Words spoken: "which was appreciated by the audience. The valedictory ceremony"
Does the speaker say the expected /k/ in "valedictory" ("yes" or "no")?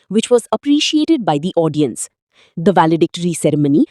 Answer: yes